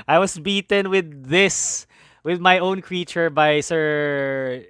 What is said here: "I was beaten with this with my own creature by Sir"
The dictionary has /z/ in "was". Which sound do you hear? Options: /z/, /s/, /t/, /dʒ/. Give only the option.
/s/